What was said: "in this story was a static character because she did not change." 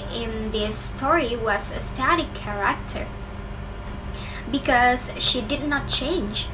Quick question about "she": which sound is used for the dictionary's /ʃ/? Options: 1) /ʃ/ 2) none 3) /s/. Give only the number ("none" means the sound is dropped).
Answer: 1